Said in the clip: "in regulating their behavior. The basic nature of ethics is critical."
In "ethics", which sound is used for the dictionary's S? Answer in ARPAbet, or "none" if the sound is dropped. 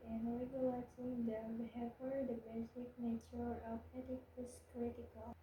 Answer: none